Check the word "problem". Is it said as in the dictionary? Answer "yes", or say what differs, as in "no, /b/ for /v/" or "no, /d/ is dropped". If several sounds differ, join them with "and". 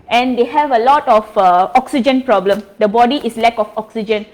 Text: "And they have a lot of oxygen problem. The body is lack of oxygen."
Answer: yes